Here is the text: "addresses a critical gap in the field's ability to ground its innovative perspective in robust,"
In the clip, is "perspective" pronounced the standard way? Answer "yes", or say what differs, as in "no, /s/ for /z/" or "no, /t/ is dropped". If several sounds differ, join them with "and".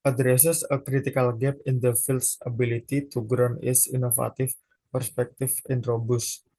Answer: no, /f/ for /v/